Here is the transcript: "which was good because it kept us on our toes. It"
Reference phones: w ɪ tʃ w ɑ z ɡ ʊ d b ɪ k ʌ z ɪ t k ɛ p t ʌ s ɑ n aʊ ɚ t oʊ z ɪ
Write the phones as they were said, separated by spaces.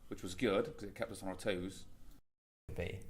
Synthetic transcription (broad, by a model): w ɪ tʃ w ɑ z ɡ ʊ d k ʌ z ɪ t k ɛ p t ʌ s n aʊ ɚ t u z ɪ